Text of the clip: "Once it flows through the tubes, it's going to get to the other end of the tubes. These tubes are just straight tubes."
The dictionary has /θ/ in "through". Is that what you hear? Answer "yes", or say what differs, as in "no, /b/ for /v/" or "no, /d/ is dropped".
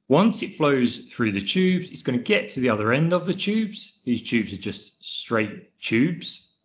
yes